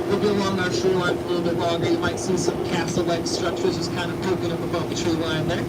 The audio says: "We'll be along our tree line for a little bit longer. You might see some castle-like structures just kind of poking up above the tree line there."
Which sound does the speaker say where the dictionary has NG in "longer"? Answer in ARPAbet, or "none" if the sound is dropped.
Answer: none